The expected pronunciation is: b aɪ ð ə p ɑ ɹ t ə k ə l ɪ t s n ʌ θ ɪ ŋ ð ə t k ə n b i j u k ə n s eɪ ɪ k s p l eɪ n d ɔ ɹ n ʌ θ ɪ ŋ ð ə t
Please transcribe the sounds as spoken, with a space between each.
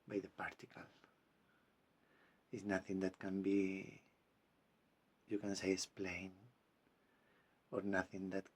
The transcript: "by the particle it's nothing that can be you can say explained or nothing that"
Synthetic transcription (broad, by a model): b aɪ ð ə p ɑ ɹ t ə k ə l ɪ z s n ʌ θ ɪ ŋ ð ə t k ə n b i j u k ə n s eɪ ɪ s p l eɪ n ɔ ɹ n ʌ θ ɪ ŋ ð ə t